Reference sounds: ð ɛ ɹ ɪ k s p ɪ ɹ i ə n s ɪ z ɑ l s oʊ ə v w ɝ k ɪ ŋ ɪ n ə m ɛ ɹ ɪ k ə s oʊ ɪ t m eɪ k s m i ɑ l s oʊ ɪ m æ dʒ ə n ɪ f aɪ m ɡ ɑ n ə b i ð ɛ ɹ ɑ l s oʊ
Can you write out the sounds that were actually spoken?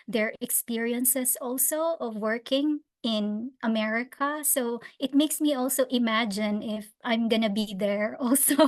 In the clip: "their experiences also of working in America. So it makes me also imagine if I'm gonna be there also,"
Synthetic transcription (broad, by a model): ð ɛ ɹ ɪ k s p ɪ ɹ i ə n s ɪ s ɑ l s oʊ ə v w ɝ k ɪ ŋ ɪ n ə m ɛ ɹ ɪ k ə s oʊ ɪ t m eɪ k s m i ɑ l s oʊ ɪ m æ dʒ ə n ɪ f aɪ m ɡ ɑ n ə b i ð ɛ ɹ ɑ l s oʊ